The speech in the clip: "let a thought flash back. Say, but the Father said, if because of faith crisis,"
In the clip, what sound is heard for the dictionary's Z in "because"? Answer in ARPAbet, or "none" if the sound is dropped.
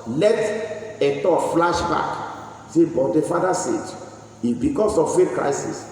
S